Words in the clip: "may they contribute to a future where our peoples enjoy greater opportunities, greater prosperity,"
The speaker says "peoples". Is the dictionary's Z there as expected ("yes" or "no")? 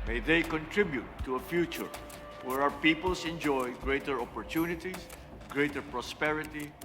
no